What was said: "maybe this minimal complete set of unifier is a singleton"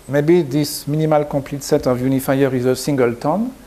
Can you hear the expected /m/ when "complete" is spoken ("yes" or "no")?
no